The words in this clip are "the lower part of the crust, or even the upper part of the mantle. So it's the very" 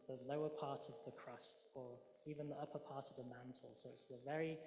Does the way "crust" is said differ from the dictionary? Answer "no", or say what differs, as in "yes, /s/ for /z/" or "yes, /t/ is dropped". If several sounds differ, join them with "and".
no